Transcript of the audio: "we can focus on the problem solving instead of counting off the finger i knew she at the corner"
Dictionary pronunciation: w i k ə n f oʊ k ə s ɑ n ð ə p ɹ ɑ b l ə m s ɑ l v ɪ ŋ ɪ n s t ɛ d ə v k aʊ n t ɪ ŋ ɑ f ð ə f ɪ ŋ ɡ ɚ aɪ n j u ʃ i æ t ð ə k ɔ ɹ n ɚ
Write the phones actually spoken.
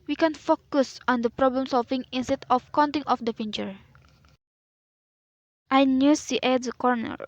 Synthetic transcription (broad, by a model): w i k ə n f oʊ k ə s ɑ n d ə p ɹ ɑ b l ə m s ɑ l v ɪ ŋ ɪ n s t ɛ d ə f k aʊ n t ɪ ŋ ɑ f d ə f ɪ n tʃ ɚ aɪ n j u s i t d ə k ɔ ɹ n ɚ